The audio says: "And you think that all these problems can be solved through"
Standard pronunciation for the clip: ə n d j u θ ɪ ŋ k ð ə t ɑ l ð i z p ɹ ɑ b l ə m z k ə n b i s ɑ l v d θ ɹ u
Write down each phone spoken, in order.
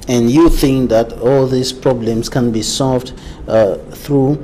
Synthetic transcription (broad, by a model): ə n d j u θ ɪ ŋ k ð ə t ɑ l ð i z p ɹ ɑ b l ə m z k ə n b i s ɑ l v d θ ɹ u